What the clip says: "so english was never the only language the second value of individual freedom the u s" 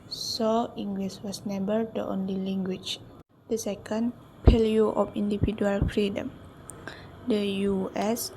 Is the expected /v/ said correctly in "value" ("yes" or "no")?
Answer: no